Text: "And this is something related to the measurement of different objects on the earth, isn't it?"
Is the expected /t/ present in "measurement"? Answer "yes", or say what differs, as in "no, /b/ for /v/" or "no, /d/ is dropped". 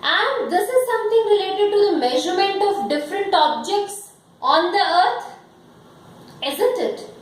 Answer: yes